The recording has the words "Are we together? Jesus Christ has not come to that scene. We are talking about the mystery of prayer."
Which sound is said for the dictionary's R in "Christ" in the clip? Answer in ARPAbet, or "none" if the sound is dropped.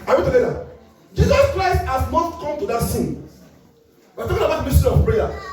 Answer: R